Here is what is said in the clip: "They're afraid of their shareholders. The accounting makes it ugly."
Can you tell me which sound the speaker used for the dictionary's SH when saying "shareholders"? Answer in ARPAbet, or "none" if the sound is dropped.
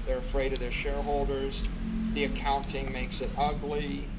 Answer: SH